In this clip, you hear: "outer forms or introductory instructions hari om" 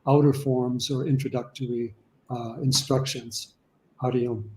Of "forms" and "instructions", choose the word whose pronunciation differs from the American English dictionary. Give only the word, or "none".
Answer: none